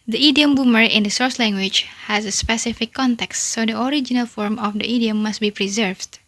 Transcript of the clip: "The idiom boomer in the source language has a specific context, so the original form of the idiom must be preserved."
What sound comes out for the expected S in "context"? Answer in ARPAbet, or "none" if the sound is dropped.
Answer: S